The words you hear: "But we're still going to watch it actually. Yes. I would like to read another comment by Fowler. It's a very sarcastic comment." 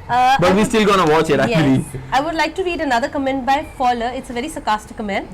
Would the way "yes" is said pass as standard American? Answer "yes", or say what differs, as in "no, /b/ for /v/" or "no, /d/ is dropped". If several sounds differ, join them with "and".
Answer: no, /s/ is dropped